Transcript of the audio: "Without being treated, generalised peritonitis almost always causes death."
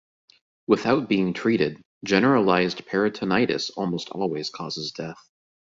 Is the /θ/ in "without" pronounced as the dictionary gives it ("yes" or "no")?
yes